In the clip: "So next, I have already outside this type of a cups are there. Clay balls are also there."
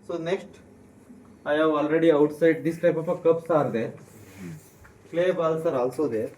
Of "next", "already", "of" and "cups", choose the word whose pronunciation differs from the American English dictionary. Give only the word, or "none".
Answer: of